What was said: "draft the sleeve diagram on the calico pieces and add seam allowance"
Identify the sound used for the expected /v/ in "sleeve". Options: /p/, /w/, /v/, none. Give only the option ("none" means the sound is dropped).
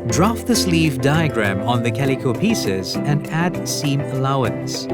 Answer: /v/